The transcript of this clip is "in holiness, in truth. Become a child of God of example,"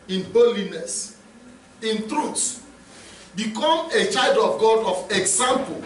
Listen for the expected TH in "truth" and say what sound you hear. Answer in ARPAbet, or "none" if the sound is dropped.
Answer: S